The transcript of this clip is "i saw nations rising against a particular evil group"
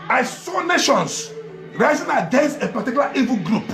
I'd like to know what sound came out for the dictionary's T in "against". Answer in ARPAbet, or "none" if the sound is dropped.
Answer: none